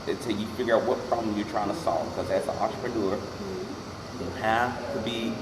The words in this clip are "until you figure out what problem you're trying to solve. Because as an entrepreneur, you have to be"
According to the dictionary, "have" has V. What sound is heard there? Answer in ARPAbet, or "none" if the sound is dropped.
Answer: F